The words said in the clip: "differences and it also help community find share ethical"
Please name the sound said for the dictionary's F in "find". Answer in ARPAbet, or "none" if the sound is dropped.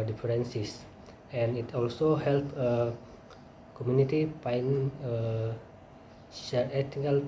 P